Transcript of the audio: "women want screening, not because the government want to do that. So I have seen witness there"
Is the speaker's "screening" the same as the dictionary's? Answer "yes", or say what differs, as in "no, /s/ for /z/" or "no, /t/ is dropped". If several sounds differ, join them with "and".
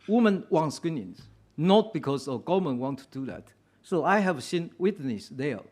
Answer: no, /ɹ/ is dropped